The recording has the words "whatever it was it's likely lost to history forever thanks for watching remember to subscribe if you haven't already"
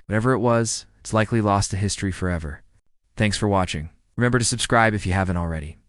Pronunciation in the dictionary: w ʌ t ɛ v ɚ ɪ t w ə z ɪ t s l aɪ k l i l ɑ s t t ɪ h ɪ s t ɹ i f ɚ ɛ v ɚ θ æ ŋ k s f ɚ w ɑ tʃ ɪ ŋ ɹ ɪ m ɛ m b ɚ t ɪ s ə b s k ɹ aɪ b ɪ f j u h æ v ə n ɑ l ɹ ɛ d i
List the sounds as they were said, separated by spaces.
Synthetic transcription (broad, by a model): w ʌ t ɛ v ɚ ɪ t w ə z ɪ t s l aɪ k l i l ɑ s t t ɪ h ɪ s t ɹ i f ɚ ɛ v ɚ θ æ ŋ k s f ɚ w ɑ tʃ ɪ ŋ ɹ ɪ m ɛ m b ɚ t ɪ s ə b s k ɹ aɪ b ɪ f j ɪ h æ v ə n l ɹ ɛ d i